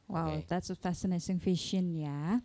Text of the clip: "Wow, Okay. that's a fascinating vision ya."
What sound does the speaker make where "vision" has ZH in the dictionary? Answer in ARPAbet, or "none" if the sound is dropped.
SH